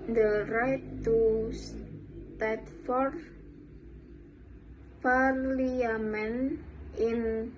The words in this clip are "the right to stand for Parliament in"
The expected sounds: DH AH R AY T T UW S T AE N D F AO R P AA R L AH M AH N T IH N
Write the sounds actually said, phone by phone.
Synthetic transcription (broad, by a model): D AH R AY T T UW S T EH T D F AO R F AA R L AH M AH N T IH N